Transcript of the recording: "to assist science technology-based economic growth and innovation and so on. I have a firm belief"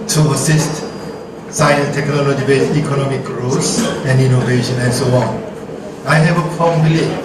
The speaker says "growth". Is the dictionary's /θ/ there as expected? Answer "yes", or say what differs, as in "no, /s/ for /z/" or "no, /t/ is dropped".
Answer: no, /s/ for /θ/